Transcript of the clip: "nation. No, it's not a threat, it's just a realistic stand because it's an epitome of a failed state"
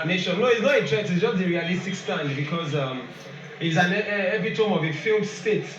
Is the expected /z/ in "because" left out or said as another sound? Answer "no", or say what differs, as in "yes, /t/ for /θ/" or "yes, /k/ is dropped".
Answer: no